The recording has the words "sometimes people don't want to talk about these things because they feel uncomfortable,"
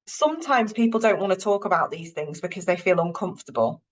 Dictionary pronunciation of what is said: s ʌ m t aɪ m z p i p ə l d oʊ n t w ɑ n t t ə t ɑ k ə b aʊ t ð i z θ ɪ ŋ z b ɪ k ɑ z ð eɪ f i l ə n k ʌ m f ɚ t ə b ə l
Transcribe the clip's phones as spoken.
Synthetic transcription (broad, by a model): s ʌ m t aɪ m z p i p ə l d oʊ n t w ɑ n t t ə t ɑ k ə b aʊ t ð i z θ ɪ ŋ z b ɪ k ɑ z ð eɪ f i l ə n k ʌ m f t ə b ə l